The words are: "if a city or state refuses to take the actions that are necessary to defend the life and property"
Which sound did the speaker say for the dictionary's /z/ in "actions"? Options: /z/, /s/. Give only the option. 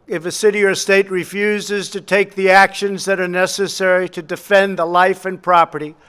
/z/